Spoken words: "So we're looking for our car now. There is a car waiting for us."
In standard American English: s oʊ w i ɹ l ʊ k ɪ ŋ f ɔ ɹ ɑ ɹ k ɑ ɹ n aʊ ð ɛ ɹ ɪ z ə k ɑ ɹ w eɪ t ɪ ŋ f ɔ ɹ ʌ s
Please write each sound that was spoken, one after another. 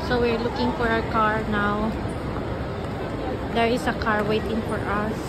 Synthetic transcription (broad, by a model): s oʊ w i ɹ l ʊ k ɪ ŋ f ɔ ɹ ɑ w k ɑ ɹ n aʊ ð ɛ ɹ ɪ s ə k ɑ ɹ w eɪ t ɪ ŋ f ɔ ɹ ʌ s